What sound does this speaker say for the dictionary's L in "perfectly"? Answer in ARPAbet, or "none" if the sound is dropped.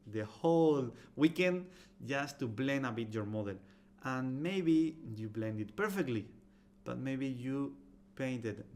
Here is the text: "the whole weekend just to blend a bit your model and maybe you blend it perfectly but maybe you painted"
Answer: L